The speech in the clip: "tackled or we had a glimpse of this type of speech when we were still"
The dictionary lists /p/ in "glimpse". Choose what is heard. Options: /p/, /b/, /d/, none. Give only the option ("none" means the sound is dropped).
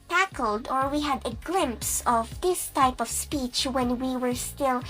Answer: /p/